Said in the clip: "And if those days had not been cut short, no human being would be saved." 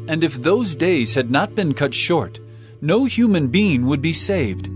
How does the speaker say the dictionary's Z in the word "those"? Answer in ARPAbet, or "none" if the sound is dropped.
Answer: Z